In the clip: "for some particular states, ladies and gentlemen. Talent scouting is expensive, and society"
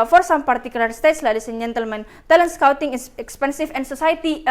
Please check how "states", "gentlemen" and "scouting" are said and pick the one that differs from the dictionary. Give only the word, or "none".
none